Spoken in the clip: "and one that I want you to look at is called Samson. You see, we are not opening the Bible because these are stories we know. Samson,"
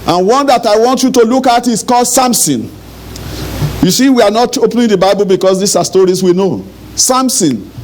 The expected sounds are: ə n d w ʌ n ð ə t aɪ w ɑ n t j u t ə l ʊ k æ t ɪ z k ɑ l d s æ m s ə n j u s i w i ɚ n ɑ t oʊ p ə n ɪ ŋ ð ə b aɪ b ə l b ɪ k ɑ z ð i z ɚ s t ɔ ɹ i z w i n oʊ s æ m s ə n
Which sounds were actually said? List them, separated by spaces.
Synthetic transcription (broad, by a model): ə n w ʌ n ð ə t aɪ w ɑ n t j u t ə l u k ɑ t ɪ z k ɑ l d s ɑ m s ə n j u s i w i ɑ n ɑ t oʊ p n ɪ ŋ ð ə b aɪ b ə l b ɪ k ɑ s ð i s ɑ s t ɔ ɹ i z w i n oʊ s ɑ m s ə n